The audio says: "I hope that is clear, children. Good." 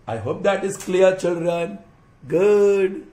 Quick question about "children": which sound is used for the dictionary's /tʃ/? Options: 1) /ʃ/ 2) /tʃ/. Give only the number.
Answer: 2